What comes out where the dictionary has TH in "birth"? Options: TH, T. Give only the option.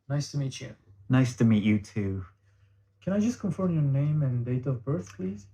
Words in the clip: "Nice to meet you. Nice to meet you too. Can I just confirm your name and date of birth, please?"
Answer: TH